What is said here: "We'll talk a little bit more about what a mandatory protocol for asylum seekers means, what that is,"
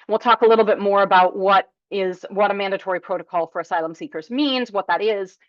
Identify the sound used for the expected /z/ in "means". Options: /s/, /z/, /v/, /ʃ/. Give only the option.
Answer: /z/